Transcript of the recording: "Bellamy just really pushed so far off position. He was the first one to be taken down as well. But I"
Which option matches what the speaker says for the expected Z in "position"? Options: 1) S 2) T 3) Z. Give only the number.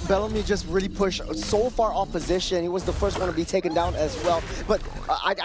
3